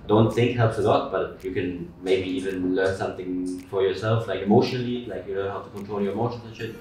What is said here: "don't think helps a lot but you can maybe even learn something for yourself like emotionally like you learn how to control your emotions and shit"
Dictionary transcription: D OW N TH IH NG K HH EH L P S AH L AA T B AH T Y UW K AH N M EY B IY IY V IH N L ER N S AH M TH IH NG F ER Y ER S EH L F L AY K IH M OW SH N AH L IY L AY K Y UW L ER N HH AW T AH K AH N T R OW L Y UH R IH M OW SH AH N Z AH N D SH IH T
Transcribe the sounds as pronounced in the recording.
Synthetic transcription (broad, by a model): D OW N TH IH NG K HH EH L P S AH L AA T B AH T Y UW K AH N M EY B IY IY V IH N L ER N S AH M TH IH NG F ER Y ER S EH L F L AY K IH M OW SH N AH L IY L AY K Y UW N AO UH HH AW T AH K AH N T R OW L Y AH R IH M OW SH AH N AH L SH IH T